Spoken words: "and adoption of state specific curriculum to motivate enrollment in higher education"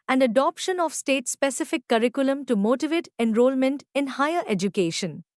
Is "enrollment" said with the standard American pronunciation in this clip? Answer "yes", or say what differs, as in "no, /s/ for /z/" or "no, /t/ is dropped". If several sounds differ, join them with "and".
yes